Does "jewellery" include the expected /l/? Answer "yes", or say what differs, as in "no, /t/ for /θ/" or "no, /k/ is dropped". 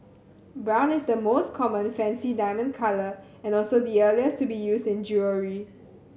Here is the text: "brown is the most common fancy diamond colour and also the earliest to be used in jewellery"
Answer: no, /l/ is dropped